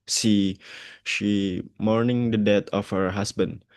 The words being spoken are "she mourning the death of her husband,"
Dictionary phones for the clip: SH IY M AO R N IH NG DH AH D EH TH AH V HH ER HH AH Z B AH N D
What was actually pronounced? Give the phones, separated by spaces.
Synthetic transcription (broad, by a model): SH IY M AO R N IH NG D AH D EH T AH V HH ER HH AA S B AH N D